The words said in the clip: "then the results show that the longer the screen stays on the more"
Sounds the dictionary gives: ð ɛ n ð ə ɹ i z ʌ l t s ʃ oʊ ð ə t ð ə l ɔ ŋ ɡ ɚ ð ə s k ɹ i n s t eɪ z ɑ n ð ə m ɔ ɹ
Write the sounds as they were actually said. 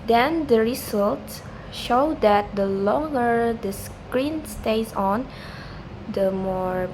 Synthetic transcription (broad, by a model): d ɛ n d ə ɹ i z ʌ l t s ʃ oʊ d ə t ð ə l ɔ ŋ ɡ ɚ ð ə s k ɹ i n s t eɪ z ɑ n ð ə m ɔ ɹ